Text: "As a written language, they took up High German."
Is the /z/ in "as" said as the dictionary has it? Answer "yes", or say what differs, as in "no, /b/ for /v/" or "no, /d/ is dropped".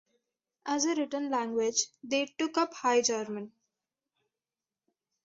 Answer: yes